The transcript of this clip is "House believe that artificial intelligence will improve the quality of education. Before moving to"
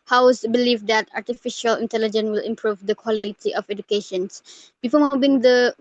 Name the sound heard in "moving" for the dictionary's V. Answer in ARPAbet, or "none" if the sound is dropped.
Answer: B